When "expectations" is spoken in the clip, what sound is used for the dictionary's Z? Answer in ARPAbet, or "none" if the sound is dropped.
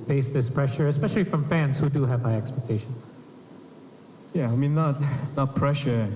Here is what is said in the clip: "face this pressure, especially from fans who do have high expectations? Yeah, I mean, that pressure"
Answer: none